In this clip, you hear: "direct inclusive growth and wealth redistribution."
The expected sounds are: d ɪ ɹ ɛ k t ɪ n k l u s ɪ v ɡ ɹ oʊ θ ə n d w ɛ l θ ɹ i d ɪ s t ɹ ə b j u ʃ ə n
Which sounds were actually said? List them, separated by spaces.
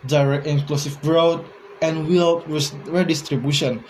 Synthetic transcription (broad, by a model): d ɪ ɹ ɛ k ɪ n k l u s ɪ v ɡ ɹ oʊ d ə n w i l s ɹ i d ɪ s t ɹ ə b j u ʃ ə n